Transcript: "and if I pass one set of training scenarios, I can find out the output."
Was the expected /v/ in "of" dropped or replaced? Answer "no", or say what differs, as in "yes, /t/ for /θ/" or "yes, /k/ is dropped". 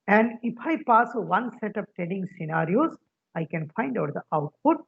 yes, /p/ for /v/